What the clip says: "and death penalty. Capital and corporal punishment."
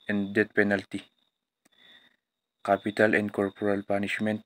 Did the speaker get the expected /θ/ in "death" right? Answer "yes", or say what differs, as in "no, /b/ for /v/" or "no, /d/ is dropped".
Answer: no, /t/ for /θ/